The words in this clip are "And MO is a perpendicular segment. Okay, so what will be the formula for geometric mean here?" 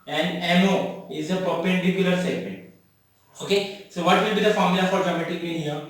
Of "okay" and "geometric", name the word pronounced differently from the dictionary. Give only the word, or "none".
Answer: geometric